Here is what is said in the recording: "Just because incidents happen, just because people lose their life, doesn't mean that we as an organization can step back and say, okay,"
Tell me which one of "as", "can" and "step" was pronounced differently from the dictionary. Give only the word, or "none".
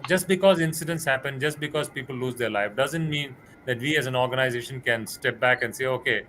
none